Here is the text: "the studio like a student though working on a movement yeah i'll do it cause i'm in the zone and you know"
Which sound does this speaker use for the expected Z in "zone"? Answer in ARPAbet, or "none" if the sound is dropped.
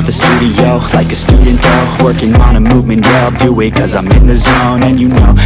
Z